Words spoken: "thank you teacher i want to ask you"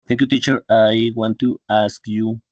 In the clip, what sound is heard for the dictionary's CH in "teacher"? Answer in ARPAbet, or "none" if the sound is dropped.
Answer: CH